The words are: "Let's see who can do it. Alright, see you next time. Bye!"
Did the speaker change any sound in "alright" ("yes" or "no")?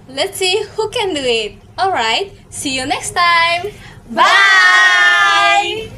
no